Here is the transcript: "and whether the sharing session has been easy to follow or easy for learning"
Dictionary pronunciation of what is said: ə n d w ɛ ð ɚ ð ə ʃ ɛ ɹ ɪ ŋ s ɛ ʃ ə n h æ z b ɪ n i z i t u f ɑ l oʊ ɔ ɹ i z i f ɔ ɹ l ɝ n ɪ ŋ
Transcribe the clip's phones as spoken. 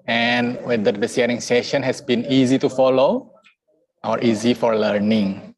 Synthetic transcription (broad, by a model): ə n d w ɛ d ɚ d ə s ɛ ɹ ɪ ŋ s ɛ ʃ ə n h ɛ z b ɪ n i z i t u f ɑ l oʊ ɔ ɹ i z i f ɔ ɹ l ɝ n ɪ ŋ